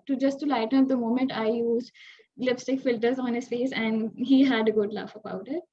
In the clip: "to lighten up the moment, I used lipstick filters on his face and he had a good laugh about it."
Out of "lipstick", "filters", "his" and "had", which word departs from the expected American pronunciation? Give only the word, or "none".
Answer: none